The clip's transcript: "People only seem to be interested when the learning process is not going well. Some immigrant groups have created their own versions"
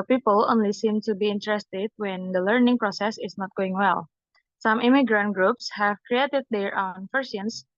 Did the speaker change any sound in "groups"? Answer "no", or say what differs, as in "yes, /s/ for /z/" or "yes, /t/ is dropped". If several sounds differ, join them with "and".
no